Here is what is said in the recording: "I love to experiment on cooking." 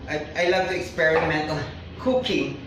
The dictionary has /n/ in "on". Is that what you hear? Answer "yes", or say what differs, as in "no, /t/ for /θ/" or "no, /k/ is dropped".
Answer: no, /l/ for /n/